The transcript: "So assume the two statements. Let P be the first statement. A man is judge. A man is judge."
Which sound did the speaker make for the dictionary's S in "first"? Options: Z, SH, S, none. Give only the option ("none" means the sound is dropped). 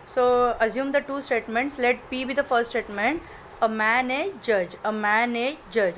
none